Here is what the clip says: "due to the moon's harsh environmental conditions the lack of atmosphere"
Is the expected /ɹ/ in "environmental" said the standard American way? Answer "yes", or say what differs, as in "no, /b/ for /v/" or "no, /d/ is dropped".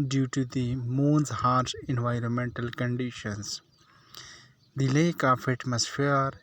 yes